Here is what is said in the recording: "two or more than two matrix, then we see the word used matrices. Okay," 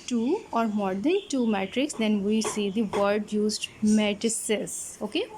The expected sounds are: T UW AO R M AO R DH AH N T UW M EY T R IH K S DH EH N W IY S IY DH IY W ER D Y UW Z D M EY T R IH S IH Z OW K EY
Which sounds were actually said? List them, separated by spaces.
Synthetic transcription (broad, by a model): T UW AO R M AO R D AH N T UW M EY T R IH K S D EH N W IY S IY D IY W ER D Y UW Z D M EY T IH S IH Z OW K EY